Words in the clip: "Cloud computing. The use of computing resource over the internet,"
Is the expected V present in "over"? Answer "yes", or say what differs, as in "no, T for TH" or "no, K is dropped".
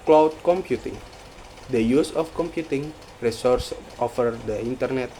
no, F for V